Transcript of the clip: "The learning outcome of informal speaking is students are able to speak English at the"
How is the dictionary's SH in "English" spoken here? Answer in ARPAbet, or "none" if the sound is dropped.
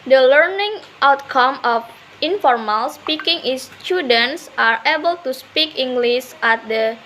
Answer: S